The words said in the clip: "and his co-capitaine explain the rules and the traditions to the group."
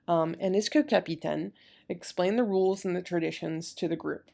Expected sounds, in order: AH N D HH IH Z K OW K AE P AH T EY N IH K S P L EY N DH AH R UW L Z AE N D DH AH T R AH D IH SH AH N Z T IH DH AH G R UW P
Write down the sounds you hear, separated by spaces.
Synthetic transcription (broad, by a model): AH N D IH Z K OW K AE P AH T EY N IH K S P L EY N DH AH R UW L Z N DH AH T R AH D IH SH AH N Z T IH DH AH G R UW P